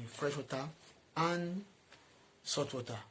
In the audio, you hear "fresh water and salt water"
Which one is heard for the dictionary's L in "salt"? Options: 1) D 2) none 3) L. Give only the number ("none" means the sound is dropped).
2